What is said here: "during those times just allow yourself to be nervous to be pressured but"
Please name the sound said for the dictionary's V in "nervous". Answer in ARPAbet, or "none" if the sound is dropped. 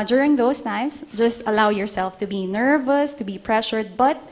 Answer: V